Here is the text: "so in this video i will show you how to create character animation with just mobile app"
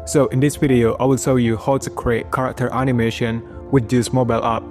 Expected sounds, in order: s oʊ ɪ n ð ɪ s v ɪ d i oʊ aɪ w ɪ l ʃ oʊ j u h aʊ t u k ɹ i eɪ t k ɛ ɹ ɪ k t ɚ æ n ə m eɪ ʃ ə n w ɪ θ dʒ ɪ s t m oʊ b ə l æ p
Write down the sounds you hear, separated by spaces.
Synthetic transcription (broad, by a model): s oʊ ɪ n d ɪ s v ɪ d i oʊ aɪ w ɪ l s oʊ j u h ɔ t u k ɹ i eɪ t k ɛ ɹ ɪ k t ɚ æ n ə m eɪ ʃ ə n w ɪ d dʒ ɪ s m oʊ b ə l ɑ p